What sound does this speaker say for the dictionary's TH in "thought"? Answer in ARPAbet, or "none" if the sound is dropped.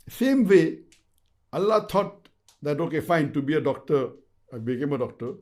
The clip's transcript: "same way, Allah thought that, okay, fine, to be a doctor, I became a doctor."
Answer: T